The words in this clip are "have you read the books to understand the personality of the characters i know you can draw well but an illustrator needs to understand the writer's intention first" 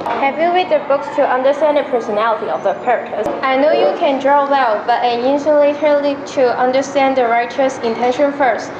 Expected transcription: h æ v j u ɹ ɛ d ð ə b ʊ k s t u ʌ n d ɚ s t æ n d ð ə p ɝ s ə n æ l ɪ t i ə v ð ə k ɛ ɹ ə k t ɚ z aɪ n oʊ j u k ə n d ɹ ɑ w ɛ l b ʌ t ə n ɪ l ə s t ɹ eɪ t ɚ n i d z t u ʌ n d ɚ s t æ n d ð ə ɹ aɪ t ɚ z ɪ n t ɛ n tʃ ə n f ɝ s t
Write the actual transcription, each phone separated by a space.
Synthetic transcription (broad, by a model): h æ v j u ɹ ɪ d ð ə b ʊ k s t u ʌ n d ɚ s t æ n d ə p ɝ s ə n æ l ɪ t i ə v ð ə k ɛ ɹ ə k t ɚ s aɪ n oʊ j u k ə n d ɹ ɑ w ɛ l b ʌ t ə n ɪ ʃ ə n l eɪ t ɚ l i t u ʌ n d ɚ s t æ n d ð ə ɹ aɪ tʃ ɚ s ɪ n t ɛ n ʃ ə n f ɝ s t